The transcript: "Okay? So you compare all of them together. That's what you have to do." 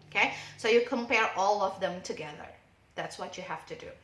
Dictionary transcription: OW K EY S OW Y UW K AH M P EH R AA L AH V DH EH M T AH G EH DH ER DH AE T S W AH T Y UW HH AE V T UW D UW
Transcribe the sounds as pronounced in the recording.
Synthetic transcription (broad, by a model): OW K EY S OW Y UW K AH M P EH R AA L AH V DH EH M T AH G EH DH ER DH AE T S W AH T Y UW HH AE F T UW D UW